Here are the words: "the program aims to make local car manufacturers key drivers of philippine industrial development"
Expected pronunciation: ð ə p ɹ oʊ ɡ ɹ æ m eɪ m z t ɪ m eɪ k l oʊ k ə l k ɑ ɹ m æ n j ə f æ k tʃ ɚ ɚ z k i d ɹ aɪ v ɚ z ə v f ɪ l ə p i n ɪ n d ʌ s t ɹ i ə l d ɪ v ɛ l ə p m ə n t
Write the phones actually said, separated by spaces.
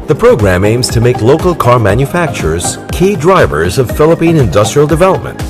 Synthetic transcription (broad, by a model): ð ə p ɹ oʊ ɡ ɹ æ m eɪ m z t ɪ m eɪ k l oʊ k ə l k ɑ ɹ m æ n j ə f æ k tʃ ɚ ɚ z k i d ɹ aɪ v ɚ z ə v f ɪ l ə p i n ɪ n d ʌ s t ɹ i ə l d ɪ v ɛ l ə p m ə n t